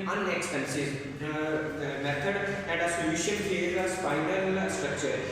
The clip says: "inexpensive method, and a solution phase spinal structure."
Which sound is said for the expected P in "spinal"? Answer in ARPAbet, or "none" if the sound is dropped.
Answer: F